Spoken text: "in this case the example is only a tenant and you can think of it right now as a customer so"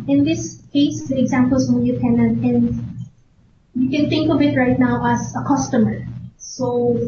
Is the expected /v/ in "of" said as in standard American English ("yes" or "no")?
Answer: no